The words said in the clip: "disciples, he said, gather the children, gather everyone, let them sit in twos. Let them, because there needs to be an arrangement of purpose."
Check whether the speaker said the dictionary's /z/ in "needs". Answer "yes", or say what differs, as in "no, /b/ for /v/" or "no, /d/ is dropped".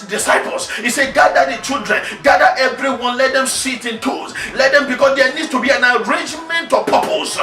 no, /z/ is dropped